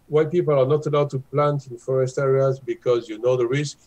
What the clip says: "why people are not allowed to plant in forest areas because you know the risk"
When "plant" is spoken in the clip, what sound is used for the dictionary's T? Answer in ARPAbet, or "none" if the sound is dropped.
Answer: T